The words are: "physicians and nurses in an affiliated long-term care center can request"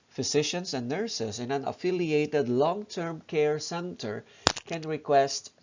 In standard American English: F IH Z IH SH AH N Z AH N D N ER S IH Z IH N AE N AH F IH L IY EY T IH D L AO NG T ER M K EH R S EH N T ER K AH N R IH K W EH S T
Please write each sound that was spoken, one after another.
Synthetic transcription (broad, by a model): F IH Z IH SH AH N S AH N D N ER S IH S IH N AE N AH F IH L IY EY T IH D L AO NG T ER M K EH R S EH N T ER K AH N R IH K W EH S T